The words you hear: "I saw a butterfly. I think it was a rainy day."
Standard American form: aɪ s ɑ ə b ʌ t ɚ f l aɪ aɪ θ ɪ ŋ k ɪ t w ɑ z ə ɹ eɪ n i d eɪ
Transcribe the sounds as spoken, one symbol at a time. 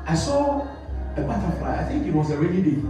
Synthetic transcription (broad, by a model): aɪ s ɑ ə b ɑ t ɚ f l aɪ aɪ θ ɪ ŋ k ɪ t w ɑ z ə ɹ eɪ l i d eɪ